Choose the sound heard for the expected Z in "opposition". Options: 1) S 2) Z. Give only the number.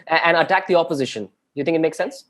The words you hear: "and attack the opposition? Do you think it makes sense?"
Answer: 2